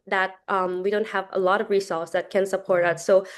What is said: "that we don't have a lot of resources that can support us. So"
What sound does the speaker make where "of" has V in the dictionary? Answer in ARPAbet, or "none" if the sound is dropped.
V